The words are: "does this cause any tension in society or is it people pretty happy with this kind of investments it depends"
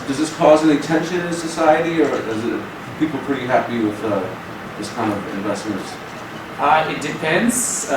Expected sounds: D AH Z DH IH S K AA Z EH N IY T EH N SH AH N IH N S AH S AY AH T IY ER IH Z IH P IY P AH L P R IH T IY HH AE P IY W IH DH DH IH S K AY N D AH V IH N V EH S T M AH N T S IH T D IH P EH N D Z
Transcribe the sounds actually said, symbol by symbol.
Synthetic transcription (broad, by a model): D AH Z DH IH S K AA Z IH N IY T EH N SH AH N IH N S AH S AY AH T IY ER IH Z IH P IY P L P R IH T IY HH AE P IY W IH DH DH IH S K AY N D AH V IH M V EH S T M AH N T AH IH T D IH P EH N D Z